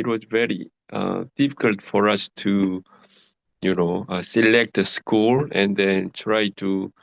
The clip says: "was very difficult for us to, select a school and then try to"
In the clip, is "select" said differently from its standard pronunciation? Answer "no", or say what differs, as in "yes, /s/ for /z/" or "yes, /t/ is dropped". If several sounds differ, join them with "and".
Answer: no